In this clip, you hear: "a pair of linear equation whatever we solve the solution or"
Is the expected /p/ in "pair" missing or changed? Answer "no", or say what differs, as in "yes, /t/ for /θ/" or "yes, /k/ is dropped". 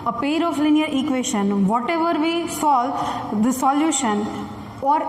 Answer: no